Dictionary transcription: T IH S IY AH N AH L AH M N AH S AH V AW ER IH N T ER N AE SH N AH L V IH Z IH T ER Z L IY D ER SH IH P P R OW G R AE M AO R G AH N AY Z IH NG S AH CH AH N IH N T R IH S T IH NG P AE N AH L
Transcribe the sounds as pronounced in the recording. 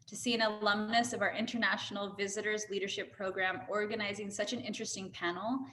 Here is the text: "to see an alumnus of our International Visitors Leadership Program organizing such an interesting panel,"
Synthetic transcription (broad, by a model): T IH S IY AH N AH L AH M N AH S AH V AW ER IH N T ER N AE SH N L V IH Z IH T ER Z L IY D ER SH IH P P R OW G R AE M AO R G AH N AY Z IH NG S AH CH AH N IH N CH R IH S T IH NG P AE N L